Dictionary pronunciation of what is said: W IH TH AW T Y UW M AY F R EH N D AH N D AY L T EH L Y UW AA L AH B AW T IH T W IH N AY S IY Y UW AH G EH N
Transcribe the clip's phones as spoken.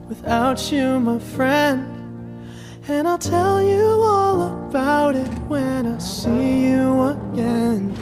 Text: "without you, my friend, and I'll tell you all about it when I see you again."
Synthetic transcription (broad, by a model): W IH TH AW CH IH M AY F R EH N D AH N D AY L T EH L Y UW AA L AH B AW T IH T W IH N AY S IY Y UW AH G EH N